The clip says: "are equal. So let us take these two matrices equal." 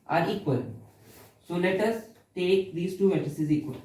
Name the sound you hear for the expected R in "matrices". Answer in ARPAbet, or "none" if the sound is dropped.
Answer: none